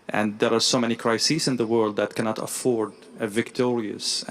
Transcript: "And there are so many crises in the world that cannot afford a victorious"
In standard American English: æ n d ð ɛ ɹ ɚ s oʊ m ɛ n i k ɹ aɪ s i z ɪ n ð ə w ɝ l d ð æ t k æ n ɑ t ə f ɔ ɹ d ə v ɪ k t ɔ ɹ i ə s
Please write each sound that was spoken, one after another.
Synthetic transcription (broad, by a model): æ n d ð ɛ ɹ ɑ s oʊ m ɛ n i k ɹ aɪ s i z ɪ n ð ə w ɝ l d ð æ t k æ n ɑ t ə f ɔ ɹ d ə v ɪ k t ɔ ɹ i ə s